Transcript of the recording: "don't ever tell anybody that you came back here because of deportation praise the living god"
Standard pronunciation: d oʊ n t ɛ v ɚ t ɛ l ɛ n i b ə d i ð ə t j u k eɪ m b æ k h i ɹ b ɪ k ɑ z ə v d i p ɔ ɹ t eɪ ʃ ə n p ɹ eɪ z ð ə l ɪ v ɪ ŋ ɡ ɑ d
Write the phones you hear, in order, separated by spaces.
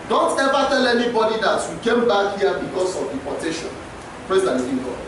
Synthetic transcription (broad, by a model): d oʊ n t ɛ v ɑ t ɛ l ɛ n i b ə d i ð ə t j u k eɪ m b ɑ k h i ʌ b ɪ k ɑ s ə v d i p ɔ t eɪ ʃ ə n p ɹ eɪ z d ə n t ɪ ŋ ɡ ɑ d